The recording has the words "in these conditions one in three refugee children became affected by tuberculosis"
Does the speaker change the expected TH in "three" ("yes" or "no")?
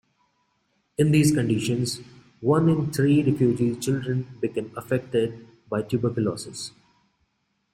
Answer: yes